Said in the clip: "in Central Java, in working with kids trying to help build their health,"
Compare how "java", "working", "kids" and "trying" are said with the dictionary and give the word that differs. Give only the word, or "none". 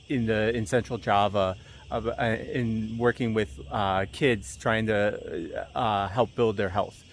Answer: none